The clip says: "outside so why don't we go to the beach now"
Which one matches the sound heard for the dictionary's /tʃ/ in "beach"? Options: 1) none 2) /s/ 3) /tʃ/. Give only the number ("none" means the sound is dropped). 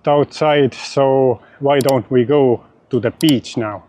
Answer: 3